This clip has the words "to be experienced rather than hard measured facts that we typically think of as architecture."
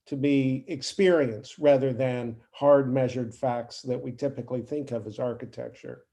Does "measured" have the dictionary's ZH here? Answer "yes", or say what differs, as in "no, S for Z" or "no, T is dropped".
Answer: yes